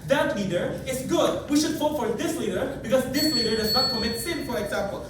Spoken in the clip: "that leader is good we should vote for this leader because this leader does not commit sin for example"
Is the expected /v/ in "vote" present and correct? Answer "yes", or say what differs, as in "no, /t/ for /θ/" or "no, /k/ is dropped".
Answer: no, /f/ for /v/